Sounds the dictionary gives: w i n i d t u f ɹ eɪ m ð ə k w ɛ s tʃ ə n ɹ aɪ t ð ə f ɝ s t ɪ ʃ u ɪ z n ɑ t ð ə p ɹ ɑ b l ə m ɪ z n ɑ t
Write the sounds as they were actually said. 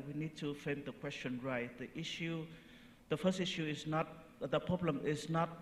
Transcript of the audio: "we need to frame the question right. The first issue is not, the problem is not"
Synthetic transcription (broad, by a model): w i n i d t u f eɪ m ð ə k w ɛ s tʃ ə n ɹ aɪ t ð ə f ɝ s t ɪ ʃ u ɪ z n ɑ t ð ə p ɹ ɑ b l ə m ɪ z n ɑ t